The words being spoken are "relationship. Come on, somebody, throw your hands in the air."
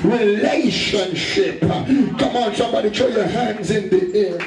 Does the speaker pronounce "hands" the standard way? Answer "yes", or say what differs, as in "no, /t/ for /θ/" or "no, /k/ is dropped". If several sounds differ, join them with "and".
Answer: yes